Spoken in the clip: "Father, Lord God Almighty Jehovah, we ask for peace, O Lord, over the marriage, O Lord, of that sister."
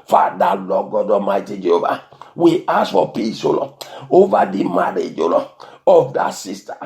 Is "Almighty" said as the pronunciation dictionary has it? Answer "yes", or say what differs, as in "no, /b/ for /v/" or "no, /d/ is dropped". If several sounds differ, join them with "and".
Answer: no, /l/ is dropped